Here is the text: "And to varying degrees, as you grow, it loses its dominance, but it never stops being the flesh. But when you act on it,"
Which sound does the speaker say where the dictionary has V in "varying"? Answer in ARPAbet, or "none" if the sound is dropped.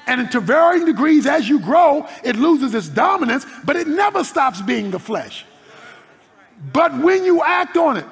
V